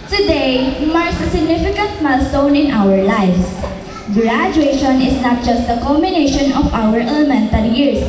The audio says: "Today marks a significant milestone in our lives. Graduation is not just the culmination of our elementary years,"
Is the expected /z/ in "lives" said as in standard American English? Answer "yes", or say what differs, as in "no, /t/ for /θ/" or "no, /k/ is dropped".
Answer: no, /s/ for /z/